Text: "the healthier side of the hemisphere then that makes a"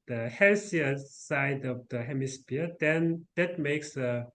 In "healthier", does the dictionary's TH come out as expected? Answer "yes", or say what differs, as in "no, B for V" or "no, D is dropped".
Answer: no, S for TH